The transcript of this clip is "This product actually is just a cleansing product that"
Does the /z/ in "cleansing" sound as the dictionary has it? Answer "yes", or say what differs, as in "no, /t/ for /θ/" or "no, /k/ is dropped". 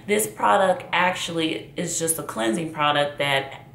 yes